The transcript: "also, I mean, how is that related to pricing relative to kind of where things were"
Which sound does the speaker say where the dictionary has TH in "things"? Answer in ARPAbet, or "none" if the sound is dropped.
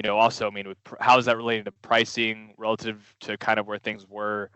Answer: TH